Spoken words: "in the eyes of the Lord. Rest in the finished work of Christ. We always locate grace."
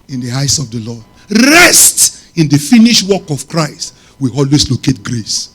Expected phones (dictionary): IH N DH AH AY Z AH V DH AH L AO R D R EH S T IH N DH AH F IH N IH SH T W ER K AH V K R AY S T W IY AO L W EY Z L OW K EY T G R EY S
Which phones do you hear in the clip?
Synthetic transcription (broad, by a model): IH N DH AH AY S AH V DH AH L AO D R EH S T IH N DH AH F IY N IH SH W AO K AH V K R AY S T W IY AO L W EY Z L OW K EY T G R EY S